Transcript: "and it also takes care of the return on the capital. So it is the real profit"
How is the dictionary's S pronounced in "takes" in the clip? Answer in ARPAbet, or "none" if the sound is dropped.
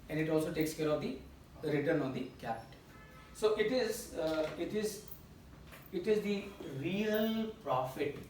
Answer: S